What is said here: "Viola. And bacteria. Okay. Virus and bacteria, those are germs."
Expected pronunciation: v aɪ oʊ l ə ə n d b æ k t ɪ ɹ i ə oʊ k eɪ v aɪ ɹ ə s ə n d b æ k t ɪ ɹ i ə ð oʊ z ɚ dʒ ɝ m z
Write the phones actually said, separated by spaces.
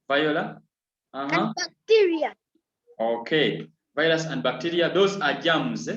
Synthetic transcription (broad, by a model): v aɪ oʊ l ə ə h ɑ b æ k t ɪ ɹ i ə oʊ k eɪ v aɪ l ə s ə n d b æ k t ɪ ɹ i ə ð oʊ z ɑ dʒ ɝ m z